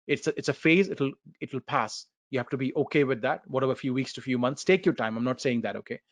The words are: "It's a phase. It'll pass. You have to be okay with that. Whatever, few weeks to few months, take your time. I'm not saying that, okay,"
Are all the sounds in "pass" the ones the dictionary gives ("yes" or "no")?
yes